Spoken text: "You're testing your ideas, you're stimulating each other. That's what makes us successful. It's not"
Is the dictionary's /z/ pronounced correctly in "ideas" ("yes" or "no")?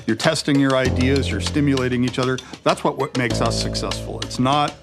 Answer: yes